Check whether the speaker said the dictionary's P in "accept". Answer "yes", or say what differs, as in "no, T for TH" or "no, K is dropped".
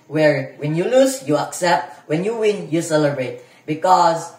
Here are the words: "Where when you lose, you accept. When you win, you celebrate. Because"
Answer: yes